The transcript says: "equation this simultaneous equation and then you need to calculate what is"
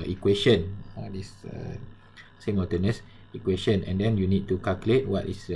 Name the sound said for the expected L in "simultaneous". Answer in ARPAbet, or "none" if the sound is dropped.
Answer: none